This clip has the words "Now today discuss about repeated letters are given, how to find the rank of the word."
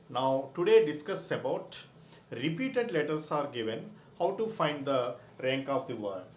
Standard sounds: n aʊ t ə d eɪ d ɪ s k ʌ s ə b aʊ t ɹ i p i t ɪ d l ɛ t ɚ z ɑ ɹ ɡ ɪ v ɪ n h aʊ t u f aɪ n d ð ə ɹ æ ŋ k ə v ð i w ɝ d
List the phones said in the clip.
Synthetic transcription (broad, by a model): n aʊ t ə d eɪ d ɪ s k ʌ s ə b aʊ t ɹ i p i t ɪ d l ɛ t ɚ s ɑ ɹ ɡ ɪ v ɪ n h aʊ t u f aɪ n d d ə ɹ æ ŋ k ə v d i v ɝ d